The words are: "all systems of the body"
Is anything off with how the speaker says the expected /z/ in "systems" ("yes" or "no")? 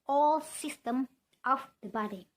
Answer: yes